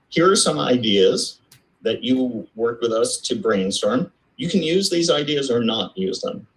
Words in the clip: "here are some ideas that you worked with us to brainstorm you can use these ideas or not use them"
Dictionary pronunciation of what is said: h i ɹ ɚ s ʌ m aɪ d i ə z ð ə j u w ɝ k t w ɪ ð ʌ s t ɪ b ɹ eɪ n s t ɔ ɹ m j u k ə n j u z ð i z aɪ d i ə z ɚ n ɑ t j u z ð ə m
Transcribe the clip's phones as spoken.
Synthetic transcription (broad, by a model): h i ɹ ɚ s ʌ m aɪ d i ə z ð ə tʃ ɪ w ɝ k w ɪ ð ʌ s t ɪ b ɹ eɪ n s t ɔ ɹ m j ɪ k n j u z ð i z aɪ d i ə z ɚ n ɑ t j u z ð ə m